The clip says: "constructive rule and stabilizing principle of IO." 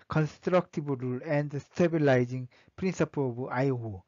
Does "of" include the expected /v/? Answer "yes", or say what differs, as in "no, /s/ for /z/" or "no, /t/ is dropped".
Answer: no, /b/ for /v/